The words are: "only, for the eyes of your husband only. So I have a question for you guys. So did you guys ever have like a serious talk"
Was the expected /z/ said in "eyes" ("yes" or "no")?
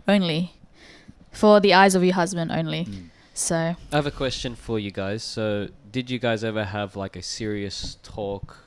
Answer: yes